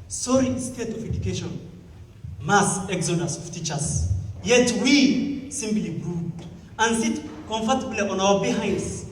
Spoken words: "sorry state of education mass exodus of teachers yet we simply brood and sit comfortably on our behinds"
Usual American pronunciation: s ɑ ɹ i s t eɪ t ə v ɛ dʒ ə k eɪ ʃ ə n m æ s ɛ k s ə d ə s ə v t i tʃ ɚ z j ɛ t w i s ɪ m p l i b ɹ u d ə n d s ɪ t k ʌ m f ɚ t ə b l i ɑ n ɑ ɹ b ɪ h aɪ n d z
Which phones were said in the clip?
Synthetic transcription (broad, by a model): s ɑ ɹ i s t eɪ t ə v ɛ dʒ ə k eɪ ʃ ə n m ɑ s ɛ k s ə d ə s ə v t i tʃ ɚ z j ɛ t w i s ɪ m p l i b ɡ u ə n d s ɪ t k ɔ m f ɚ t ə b l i ɑ n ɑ w b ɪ h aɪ n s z